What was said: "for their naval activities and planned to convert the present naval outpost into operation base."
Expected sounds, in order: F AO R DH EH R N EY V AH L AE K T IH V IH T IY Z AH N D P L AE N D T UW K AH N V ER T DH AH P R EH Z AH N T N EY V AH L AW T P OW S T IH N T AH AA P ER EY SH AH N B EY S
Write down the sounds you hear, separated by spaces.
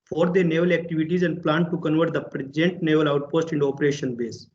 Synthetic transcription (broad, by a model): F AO R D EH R N EY V AH L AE K T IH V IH T IY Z AH N D P L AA N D T UW K AH N V ER T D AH P R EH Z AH N T N EY V AH L AW T P OW S T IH N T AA P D EY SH AH N B EY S